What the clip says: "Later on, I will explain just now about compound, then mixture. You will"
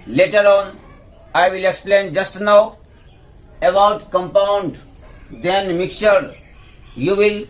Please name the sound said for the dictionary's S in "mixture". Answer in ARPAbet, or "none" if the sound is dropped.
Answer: none